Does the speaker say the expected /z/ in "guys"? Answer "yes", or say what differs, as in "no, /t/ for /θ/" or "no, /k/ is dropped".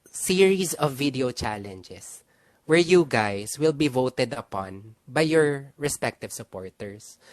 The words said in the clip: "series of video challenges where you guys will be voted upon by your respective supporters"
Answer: no, /s/ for /z/